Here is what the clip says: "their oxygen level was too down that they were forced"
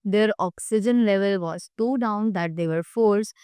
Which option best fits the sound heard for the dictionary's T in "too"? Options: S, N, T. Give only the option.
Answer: S